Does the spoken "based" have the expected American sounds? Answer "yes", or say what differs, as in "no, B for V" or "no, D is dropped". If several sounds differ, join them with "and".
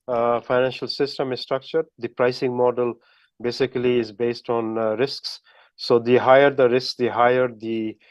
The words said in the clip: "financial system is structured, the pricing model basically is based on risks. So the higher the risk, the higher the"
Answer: yes